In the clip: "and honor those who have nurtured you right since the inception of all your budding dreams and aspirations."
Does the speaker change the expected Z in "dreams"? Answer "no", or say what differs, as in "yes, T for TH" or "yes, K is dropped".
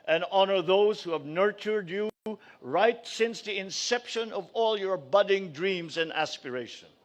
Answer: no